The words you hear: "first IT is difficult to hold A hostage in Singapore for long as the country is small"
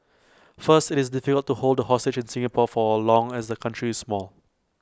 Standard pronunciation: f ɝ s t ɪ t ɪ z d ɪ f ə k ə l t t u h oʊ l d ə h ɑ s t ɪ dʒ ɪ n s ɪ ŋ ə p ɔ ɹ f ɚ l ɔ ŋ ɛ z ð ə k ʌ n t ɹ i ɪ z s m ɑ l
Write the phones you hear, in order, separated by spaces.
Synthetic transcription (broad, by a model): f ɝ s t ɪ t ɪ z d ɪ f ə k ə l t t u h oʊ l d ə h ɑ s t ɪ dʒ ɪ n s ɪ ŋ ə p ɔ f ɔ l ɔ ŋ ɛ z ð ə k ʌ n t ɹ i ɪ s m ɑ l